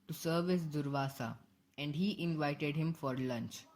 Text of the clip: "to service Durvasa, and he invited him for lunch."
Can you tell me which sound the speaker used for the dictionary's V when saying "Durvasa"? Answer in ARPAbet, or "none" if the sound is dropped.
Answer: V